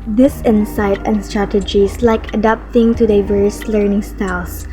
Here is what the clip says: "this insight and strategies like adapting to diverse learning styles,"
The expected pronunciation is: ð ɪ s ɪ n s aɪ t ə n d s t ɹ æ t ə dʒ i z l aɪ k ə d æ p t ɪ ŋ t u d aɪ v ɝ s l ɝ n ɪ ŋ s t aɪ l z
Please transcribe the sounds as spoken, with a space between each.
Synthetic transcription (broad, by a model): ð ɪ s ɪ n s aɪ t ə n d s t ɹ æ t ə dʒ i s l aɪ k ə d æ p t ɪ ŋ t u d aɪ v ɝ s l ɝ n ɪ ŋ s t aɪ l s